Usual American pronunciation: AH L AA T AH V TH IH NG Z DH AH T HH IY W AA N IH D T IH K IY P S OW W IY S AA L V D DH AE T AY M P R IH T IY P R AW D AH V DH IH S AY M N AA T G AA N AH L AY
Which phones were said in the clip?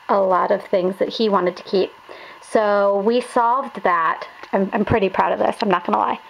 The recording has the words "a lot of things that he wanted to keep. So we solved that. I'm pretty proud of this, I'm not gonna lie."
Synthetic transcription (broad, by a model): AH L AA T AH V TH IH NG Z DH AH T HH IY W AA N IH D T IH K IY P S OW W IY S AA L V D DH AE T AY M P R IH T IY P R AW D AH V DH IH S AY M N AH T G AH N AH L AY